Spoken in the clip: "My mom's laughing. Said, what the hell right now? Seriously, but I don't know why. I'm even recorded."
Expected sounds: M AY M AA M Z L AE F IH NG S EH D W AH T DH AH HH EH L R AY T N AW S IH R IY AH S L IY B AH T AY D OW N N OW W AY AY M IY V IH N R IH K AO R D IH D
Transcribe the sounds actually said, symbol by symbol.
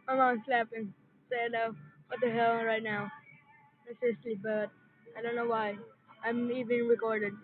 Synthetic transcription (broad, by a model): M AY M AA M S L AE P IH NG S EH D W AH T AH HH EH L R AY T N AW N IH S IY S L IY B AH T AY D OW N N OW W AY AY M IY V IH N R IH K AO R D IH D